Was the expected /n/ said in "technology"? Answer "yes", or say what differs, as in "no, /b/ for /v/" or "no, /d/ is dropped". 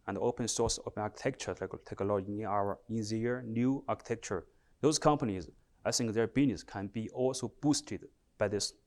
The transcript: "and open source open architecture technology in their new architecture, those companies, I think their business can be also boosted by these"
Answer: no, /l/ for /n/